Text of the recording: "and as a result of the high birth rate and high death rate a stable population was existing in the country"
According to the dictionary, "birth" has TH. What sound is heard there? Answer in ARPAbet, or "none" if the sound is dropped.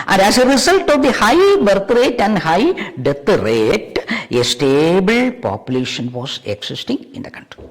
T